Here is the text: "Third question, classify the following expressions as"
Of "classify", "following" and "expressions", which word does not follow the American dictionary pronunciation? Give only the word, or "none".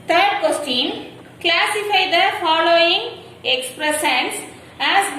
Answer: expressions